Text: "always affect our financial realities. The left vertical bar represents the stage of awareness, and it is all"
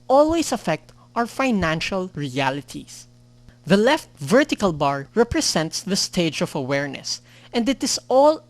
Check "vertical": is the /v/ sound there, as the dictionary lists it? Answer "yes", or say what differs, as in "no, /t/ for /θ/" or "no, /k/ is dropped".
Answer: yes